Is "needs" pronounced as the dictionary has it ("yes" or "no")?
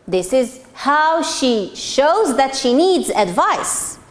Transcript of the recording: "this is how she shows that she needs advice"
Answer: yes